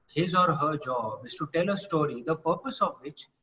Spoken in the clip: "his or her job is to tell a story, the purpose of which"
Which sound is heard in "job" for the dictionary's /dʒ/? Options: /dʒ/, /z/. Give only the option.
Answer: /dʒ/